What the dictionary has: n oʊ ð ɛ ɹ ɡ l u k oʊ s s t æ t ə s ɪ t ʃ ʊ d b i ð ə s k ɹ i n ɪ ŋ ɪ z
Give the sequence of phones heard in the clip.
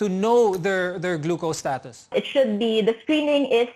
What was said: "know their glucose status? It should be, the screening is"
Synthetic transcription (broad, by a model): n oʊ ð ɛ ɹ ɡ l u k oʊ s s t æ t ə s ɪ t ʃ ʊ d b i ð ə s k ɹ i n ɪ ŋ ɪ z